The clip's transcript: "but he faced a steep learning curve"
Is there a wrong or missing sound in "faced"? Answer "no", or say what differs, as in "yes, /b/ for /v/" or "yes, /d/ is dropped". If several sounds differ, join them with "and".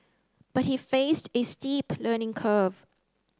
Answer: no